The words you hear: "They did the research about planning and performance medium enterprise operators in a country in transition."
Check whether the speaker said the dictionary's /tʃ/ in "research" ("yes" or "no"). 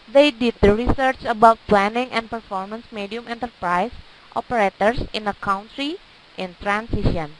yes